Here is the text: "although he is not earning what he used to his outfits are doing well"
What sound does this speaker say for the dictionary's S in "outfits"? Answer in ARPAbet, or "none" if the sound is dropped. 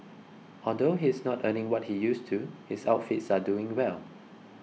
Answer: S